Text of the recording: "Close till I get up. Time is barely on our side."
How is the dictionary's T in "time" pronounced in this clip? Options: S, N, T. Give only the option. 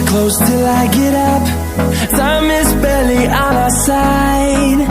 S